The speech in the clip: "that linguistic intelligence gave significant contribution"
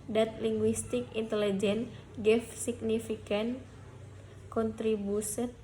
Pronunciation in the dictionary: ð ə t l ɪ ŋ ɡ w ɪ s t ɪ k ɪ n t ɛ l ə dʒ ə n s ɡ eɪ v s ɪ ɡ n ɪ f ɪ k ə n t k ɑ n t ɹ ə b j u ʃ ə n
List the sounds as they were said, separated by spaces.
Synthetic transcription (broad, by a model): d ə t l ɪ ŋ ɡ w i s t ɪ k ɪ n t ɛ l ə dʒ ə n ɡ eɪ f s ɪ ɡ n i f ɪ k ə n k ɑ n t ɹ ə b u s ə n